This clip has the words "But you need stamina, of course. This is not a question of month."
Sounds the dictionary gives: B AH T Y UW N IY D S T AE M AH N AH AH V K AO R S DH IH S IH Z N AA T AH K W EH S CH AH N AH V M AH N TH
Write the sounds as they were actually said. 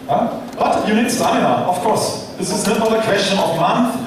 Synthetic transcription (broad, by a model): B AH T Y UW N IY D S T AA AH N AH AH F K AO R S DH IH S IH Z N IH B AH K W EH S CH AH N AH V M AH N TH